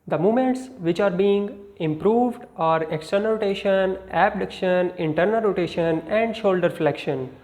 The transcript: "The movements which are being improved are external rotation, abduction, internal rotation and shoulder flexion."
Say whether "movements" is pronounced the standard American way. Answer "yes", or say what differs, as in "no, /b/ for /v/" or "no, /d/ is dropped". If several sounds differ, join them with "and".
no, /v/ is dropped